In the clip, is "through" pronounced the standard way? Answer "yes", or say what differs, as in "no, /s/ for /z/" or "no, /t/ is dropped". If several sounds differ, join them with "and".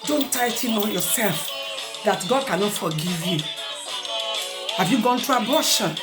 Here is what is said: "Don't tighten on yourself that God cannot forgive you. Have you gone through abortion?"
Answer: no, /t/ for /θ/